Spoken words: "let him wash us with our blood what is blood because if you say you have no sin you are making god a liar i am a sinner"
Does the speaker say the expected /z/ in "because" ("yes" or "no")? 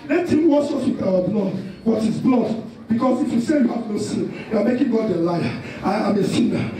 no